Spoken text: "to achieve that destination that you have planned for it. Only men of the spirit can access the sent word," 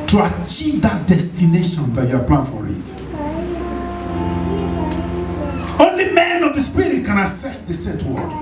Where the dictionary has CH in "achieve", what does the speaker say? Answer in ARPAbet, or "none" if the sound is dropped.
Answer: CH